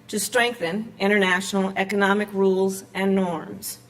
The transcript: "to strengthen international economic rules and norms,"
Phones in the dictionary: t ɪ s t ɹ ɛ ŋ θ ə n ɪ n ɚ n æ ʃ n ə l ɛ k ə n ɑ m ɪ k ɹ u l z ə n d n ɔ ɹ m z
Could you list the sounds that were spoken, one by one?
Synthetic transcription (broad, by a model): t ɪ s t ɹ ɛ ŋ θ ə n ɪ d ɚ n æ ʃ n l ɛ k ə n ɑ m ɪ k ɹ u l z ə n n ɔ ɹ m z